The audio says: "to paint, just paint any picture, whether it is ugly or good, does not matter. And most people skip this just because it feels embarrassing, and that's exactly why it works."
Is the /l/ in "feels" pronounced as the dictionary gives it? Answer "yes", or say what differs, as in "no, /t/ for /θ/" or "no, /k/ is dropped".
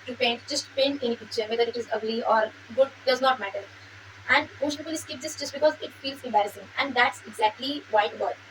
yes